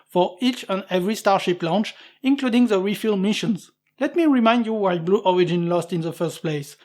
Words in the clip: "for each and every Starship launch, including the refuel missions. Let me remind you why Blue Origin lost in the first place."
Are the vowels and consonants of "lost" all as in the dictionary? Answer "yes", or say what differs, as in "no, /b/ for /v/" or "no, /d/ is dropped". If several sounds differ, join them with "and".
yes